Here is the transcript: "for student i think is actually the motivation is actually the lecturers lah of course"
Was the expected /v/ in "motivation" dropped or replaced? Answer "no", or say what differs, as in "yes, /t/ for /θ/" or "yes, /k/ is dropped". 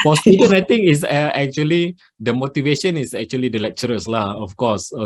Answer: no